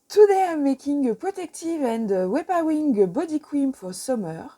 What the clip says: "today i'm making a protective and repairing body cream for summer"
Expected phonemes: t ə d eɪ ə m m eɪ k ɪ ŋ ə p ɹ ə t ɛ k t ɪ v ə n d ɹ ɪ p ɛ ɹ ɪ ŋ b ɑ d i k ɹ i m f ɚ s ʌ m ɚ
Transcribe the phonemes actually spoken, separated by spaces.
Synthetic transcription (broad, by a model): t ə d eɪ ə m m eɪ k ɪ ŋ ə p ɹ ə t ɛ k t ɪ v ə n d w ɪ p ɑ w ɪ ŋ b ɑ d i k w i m f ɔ s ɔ m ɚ